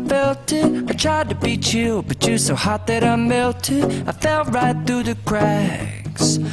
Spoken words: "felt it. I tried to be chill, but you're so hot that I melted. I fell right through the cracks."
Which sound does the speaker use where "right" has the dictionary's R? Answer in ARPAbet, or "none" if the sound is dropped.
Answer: R